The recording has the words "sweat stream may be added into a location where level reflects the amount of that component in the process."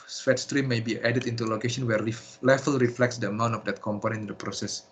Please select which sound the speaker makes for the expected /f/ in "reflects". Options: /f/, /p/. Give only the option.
/f/